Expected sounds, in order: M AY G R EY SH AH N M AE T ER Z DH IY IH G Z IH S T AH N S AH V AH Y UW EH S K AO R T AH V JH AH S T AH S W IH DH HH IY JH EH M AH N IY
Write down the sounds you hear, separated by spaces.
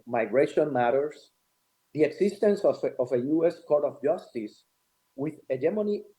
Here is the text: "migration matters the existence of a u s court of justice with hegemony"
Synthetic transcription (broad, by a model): M AY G R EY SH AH N M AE T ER S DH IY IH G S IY S T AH N S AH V AH Y UW EH S K AO R T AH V JH AH S T AH S W IH DH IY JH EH M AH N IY